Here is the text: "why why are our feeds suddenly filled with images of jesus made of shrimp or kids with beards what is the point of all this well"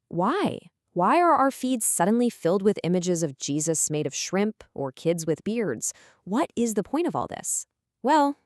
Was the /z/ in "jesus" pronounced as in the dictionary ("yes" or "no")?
yes